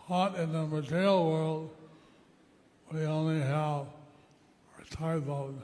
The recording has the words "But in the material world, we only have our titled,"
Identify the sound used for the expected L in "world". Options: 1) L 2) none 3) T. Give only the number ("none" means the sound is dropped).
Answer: 1